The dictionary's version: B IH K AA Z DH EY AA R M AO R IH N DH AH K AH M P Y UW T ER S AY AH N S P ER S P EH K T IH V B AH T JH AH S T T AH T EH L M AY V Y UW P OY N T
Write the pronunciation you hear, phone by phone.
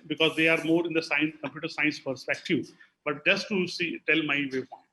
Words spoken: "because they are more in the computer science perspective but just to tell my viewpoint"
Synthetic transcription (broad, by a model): B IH K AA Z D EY AA R M AO R IH N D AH K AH M P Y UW T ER S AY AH N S P ER S P EH K T IH V B AH T JH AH S T S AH T EH L M AY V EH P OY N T